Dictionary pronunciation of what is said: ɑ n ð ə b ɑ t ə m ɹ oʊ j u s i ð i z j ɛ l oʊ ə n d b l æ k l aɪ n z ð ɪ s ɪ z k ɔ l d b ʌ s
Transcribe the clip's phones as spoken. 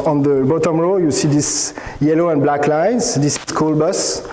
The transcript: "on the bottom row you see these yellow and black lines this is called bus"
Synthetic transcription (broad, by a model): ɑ n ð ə b ɑ t ə m ɹ oʊ j u s i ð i s j ɛ l oʊ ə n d b l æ k l aɪ n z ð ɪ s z k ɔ l b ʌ s